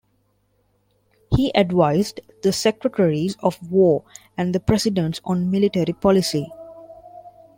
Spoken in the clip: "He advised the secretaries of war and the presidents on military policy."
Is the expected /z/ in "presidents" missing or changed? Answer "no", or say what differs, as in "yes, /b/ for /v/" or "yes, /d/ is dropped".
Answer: yes, /s/ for /z/